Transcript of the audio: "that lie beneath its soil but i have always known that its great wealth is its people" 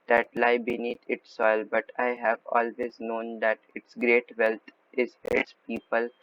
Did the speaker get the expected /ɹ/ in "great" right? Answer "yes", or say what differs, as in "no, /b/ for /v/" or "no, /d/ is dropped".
yes